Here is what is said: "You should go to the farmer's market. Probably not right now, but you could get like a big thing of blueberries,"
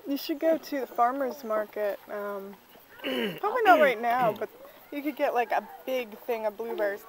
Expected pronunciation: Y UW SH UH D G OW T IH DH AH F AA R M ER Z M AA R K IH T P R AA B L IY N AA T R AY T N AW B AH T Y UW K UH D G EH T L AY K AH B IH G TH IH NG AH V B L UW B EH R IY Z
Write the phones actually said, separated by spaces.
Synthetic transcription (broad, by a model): Y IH SH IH D G OW T IH DH AH F AA R M ER Z M AA R K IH T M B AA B IY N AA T R AY T N AW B AH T Y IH K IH D G EH T L AY K AH B IH G TH IH NG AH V B L UW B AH R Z